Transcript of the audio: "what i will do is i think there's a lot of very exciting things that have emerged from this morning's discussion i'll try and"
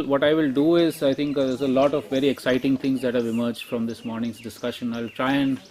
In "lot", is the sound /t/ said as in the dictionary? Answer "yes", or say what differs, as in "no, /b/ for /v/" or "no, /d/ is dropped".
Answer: yes